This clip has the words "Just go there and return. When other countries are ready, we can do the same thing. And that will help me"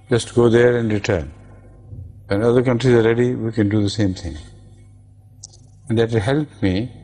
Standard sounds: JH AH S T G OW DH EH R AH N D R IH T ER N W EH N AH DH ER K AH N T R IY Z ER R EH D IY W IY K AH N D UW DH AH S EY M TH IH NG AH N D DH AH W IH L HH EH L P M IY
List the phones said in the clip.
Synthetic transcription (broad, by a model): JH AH S T G OW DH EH R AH N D R IH T ER N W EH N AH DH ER K AH N T R IY Z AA R EH D IY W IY K AH N D UW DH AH S EY M T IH NG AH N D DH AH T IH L HH EH L P M IY